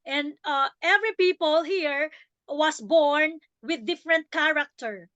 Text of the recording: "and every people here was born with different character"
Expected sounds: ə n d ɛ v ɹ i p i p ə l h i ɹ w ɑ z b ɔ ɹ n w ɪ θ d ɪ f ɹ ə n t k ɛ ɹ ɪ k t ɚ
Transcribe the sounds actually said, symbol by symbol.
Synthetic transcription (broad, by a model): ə n d ɛ v ɹ i p i p ə l h i ɹ w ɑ s b ɔ ɹ n w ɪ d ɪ f ɹ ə n t k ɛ ɹ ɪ k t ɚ